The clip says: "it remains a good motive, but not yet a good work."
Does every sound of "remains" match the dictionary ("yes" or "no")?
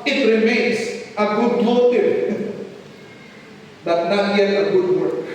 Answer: no